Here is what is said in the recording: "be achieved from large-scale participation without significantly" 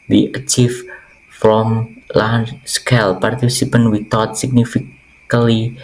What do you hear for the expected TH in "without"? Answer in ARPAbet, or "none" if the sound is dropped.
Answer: T